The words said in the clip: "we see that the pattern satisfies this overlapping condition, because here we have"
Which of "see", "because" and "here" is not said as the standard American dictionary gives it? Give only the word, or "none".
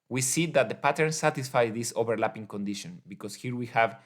because